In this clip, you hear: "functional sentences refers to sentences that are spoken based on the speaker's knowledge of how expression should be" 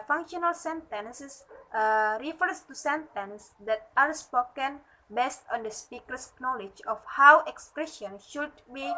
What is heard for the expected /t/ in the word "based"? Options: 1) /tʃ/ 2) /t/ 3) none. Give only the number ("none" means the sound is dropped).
2